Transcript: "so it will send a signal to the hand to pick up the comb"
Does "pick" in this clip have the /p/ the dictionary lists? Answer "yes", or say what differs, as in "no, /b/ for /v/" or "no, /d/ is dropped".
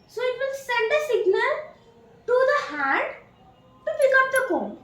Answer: no, /b/ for /p/